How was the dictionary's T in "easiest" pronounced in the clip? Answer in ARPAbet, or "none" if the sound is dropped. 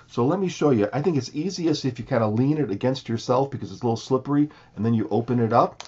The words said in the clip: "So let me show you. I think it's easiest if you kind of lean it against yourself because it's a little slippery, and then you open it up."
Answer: none